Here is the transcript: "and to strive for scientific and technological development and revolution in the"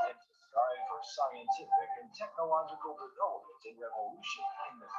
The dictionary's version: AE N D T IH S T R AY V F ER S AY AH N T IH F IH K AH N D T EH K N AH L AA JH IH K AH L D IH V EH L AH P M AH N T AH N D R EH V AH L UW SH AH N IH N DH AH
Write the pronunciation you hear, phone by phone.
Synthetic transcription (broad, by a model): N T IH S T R AY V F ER S AY AH N T IH F IH K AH N T EH K N AH L AA JH IH K AH L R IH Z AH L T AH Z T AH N R EH V AH L UW SH AH N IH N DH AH